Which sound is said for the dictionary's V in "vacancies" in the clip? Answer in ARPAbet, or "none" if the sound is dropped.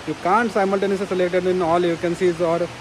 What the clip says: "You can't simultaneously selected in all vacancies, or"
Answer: F